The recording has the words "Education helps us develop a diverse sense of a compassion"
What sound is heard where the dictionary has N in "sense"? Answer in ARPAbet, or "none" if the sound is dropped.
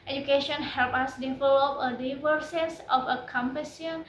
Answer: none